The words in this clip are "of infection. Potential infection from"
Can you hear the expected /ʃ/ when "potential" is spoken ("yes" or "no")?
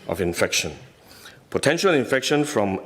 yes